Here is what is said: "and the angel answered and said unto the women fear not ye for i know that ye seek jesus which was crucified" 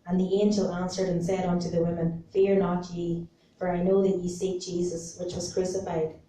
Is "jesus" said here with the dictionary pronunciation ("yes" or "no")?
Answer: yes